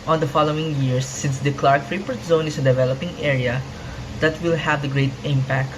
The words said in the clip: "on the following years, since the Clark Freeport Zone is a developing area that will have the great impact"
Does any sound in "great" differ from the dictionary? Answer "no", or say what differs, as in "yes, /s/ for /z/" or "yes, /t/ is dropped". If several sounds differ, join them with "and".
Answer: no